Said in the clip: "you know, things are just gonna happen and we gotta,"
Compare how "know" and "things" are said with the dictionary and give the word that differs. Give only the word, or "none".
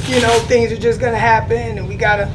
none